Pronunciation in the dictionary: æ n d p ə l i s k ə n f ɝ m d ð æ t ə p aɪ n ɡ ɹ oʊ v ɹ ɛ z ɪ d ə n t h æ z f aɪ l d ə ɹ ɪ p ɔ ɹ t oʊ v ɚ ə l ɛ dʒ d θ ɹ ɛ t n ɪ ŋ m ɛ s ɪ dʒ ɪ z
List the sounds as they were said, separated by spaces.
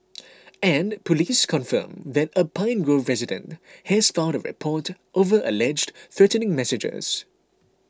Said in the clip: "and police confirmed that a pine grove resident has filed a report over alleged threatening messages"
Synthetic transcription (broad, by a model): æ n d p ə l i s k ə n f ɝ m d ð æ t ə p aɪ n ɡ ɹ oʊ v ɹ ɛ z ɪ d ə n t h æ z f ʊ n d ə ɹ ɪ p ɔ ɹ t oʊ v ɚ ə l ɛ dʒ d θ ɹ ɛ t n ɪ ŋ m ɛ s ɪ dʒ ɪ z